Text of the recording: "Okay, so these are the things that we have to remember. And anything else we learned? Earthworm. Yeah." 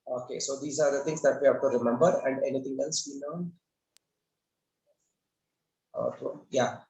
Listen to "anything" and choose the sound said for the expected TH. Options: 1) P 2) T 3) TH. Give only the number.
2